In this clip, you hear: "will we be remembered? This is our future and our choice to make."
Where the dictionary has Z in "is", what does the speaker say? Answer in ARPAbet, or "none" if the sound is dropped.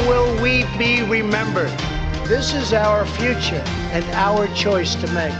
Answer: Z